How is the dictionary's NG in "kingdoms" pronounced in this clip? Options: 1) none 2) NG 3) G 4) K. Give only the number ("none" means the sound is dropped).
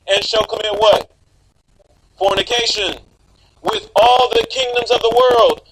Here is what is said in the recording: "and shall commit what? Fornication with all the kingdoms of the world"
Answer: 2